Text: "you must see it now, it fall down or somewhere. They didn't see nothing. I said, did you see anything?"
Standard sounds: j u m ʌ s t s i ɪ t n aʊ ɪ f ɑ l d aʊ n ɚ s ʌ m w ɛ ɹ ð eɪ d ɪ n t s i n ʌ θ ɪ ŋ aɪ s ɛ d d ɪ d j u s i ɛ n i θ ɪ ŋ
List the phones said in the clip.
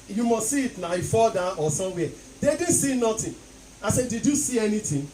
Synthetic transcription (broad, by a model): j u m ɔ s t s i ɪ t n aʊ ɪ f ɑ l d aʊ ɔ s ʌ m w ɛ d eɪ d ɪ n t s i n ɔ t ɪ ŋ aɪ s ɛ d d ɪ d j u s i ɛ n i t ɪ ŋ